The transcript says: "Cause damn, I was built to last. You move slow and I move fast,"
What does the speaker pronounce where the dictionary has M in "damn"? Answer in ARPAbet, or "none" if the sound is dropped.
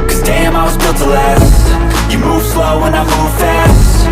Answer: M